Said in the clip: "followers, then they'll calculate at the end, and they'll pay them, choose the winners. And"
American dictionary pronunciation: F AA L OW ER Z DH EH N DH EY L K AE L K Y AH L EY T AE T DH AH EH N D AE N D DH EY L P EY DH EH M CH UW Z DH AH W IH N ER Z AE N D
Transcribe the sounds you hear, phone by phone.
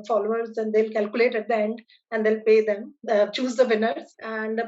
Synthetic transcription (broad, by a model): F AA L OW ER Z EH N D EY L K AE L K Y AH L EY T AE T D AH EH N D AE N D EY L P EY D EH M CH UW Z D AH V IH N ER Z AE N D